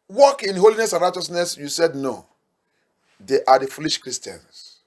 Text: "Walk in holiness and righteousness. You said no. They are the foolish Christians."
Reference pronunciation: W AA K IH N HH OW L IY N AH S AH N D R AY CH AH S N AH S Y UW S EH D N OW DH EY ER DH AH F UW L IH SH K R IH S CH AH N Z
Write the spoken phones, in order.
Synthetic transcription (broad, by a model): W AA K IH N HH OW L IY N AH S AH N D R AY CH AH S N AH S Y UW S EH D N OW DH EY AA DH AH F UW L IH SH K R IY S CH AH N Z